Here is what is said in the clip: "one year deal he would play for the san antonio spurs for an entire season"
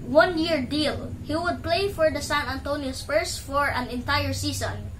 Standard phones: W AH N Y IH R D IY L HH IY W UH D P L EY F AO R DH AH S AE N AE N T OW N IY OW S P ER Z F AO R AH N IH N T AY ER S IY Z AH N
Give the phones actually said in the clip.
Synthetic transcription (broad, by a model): W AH N Y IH R D IY L HH IY W UH D P L EY F AO R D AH S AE N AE N T OW N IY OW S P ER S F AO R AH N IH N T AY ER S IY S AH N